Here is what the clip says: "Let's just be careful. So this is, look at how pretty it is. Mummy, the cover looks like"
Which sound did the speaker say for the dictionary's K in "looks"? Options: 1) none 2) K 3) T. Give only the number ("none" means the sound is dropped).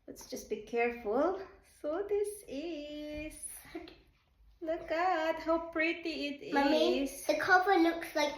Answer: 2